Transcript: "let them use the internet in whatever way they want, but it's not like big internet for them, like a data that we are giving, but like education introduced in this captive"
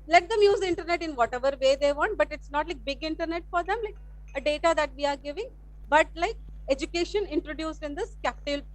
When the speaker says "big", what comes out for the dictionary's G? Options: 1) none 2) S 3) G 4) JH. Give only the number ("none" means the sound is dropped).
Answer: 3